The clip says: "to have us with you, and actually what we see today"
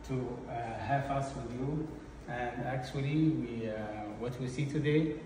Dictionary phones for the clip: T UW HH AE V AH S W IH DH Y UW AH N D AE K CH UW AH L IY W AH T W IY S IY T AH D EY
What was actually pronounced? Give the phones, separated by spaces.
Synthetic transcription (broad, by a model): T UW HH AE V AH S W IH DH Y UW AH N D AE K CH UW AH W IY W AH T W IY S IY T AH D EY